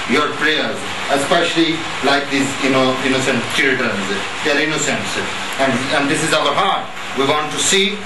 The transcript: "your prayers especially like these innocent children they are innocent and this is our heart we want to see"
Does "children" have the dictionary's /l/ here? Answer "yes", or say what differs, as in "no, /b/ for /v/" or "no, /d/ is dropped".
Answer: no, /l/ is dropped